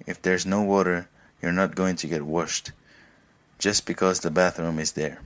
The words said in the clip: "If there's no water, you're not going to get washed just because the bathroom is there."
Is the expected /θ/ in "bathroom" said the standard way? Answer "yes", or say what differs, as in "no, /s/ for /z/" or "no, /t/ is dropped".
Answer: yes